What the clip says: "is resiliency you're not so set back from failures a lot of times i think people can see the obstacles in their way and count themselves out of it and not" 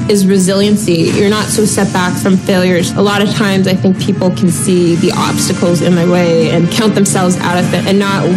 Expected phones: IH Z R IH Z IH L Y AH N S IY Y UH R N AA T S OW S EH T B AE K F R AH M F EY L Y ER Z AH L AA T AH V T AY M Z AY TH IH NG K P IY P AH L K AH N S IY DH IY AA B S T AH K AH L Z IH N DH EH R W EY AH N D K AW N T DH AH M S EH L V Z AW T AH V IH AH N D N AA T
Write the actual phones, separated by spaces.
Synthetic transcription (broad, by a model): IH Z R IH Z IH L Y AH N S IY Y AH R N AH T S OW S EH T B AE K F R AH M F EY L Y ER Z AH L AA T AH V T AY M Z AY TH IH NG K P IY P L K N S IY DH IY AA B S T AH K L Z IH N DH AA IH W EY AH N K AW N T DH AH M S EH L V Z AW T AH V IH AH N N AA T